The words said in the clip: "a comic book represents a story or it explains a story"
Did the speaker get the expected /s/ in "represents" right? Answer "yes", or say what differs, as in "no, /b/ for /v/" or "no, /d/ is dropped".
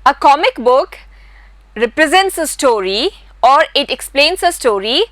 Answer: yes